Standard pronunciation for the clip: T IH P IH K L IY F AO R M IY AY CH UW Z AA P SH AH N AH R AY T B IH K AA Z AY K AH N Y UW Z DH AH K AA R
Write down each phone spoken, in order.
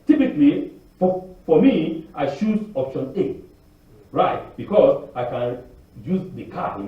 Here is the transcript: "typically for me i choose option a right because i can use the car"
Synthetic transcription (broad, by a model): T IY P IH K L IY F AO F M IY AY SH UW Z AA P SH AH N AH R AY T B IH K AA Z AY K AH N Y UW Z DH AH K AA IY